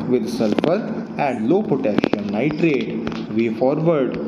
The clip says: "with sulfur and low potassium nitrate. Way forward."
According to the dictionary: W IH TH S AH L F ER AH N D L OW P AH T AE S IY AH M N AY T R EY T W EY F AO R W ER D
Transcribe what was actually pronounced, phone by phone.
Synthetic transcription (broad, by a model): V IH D S AH L F ER AH N D L OW P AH T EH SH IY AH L N AY T R EY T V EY F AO R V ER D